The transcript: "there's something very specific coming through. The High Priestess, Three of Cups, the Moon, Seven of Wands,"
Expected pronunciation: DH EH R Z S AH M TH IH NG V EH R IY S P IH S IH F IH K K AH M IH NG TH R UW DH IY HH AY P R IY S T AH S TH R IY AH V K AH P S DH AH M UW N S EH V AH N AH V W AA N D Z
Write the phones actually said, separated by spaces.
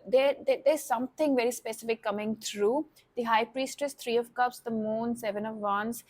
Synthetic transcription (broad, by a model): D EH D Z S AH M T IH NG V EH R IY S P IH S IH F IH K K AH M IH NG T R UW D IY HH AY P R IY S T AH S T R IY AH V K AH P S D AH M UW N S EH V AH N AH V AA N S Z